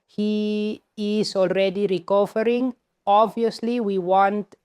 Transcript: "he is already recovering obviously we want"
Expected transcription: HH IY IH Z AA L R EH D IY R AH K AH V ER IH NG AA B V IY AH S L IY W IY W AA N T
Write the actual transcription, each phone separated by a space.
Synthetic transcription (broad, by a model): HH IY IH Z AA L R EH D IY R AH K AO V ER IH NG AA B V IY AH S L IY W IY W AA N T